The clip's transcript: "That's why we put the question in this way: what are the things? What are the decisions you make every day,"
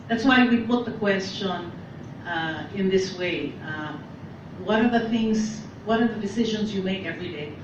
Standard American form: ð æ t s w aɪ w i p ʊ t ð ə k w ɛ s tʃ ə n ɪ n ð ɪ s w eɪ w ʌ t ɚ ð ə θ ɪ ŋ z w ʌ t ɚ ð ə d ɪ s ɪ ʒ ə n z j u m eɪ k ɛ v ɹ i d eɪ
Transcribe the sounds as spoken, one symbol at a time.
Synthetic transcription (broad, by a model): ð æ t s w aɪ w i p ʊ t ð ə k w ɛ s tʃ ə n ɪ n ð ɪ s w eɪ w ʌ t ɚ ð ə θ ɪ ŋ z w ʌ t ɚ ð ə d ɪ s ɪ ʒ ə n z j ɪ m eɪ k ɛ v ɹ i d eɪ